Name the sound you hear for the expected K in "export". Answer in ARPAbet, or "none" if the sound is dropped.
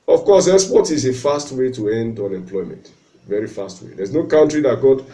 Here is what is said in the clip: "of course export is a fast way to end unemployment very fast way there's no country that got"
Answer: none